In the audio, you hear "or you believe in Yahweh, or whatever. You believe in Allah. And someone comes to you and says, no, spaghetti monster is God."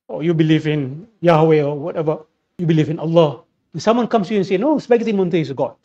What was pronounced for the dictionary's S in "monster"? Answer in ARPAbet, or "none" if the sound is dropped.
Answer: none